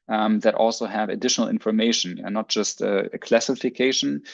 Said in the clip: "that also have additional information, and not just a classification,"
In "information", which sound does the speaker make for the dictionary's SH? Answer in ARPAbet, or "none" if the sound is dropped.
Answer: none